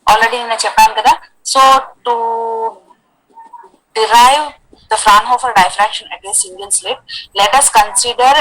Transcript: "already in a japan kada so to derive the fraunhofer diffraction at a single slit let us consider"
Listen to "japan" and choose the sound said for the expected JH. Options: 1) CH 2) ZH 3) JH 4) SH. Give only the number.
1